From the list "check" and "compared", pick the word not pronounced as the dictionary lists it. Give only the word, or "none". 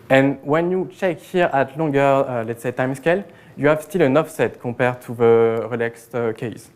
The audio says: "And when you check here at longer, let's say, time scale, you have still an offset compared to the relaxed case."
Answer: compared